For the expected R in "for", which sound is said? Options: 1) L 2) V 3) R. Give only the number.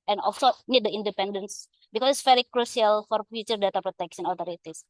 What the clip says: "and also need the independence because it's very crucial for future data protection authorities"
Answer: 3